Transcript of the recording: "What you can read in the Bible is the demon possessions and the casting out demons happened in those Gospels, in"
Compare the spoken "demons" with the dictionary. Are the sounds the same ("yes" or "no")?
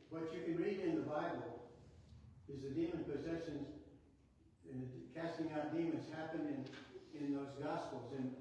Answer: yes